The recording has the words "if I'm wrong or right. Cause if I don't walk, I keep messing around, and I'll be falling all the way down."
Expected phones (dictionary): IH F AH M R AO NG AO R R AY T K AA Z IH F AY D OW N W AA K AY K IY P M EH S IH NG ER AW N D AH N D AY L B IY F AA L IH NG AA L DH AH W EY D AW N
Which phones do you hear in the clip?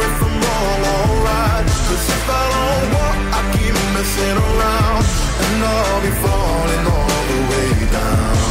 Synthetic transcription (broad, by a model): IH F AH M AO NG AO L R AY T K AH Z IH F AY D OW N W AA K AY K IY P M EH S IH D ER AW N D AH N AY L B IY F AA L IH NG AA L DH AH W EY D AW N